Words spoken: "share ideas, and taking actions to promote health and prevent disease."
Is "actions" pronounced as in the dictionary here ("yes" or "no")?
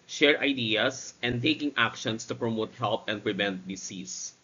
no